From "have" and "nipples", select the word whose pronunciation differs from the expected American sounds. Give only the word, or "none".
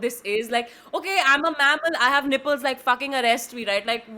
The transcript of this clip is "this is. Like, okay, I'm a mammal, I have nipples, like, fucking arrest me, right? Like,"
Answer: none